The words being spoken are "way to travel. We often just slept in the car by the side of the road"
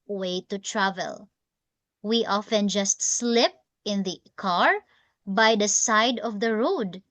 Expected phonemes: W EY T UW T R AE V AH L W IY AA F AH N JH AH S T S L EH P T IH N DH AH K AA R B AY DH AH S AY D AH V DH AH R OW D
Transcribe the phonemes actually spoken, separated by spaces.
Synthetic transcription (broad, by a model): W EY T UW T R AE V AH L W IY AA F AH N JH AH S T S L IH P IH N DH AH K AA R B AY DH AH S AY D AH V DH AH R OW D